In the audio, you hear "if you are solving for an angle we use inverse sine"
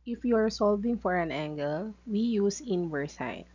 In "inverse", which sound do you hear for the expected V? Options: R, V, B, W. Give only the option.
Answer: W